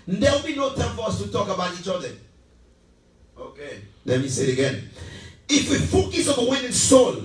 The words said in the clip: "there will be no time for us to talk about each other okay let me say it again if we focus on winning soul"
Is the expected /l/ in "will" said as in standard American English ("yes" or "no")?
no